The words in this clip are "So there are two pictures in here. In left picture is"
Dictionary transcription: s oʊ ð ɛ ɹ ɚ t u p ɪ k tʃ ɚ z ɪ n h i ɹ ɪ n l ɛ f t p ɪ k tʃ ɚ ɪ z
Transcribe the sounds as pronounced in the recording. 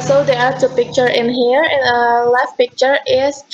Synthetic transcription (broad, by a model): s oʊ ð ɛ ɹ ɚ t u p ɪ k tʃ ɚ ɪ n h i ɹ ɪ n l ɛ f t p ɪ k tʃ ɚ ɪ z